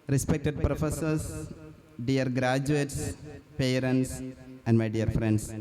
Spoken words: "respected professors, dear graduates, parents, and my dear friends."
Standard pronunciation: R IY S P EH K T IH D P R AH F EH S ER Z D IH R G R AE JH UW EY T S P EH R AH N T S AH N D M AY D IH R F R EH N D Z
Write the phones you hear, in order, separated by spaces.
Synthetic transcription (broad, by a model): R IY S P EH K T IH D P R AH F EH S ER S D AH R G R AE JH UW EY T S P EH R AH N T S AH N D M AY D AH R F R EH N D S